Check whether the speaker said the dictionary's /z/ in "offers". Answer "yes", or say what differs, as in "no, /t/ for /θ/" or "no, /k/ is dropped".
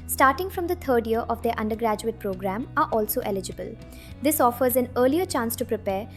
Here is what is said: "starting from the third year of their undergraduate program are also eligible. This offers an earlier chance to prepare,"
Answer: yes